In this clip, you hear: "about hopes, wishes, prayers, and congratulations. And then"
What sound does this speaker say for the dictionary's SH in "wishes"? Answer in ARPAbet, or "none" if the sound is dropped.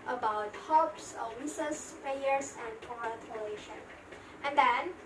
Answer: S